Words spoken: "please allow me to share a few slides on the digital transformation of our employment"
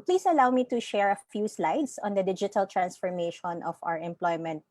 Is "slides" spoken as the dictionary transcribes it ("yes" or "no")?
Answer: no